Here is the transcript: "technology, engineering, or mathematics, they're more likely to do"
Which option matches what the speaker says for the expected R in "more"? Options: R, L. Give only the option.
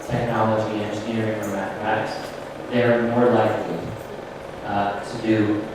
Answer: R